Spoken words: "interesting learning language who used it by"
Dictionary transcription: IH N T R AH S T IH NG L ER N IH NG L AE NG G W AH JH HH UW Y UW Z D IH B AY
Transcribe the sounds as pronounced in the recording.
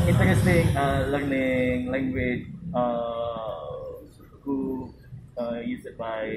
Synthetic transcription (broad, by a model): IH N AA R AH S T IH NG L ER N IH NG L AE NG G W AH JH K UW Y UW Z IH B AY